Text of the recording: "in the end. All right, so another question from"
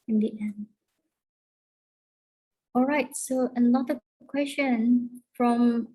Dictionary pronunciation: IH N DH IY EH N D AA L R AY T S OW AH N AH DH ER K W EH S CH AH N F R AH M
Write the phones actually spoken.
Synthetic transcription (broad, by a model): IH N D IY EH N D AA L R AY T S OW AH L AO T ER K W EH S CH AH N F R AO M